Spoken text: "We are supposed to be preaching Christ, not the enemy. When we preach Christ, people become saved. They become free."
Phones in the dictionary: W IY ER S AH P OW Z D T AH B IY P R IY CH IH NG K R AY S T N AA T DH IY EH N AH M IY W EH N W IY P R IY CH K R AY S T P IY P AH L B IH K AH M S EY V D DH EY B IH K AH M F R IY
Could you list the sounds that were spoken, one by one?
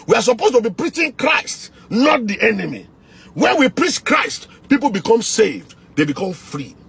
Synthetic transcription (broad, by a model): W IY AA S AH P OW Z T AH B IY P R IY CH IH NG K R AY S T N AA T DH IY EH N AH M IY W EH N W IY P R IY CH K R AY S T P IY P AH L B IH K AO M S EY V D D EY B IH K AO M F R IY